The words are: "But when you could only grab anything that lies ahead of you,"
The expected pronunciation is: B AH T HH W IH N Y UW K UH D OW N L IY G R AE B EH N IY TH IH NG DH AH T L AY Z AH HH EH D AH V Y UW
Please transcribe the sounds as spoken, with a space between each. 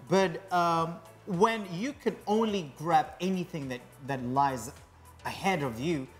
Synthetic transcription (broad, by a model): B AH T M W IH N Y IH K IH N OW N L IY G R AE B EH N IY TH IH NG DH AH T L AY Z AH HH EH D AH V Y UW